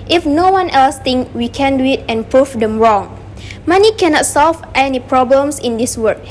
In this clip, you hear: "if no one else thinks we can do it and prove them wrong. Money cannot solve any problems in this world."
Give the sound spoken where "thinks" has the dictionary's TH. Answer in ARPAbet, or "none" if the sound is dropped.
T